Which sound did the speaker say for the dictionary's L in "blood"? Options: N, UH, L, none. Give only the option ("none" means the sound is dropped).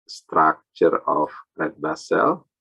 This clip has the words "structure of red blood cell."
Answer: none